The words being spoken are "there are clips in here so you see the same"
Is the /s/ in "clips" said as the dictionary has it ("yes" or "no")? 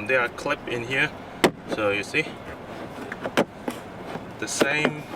no